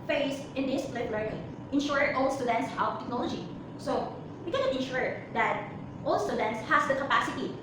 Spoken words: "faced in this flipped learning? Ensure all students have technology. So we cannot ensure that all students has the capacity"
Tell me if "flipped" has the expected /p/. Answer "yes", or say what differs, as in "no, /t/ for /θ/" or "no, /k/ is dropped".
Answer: no, /p/ is dropped